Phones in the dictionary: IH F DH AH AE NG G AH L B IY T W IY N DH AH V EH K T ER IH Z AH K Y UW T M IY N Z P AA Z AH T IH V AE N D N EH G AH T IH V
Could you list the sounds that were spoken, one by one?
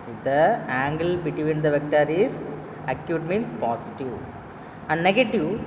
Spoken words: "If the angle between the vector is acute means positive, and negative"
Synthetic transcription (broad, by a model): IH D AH AE NG G AH L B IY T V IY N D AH V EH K T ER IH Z AH K Y UW T M IY N S P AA S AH T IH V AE N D N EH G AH T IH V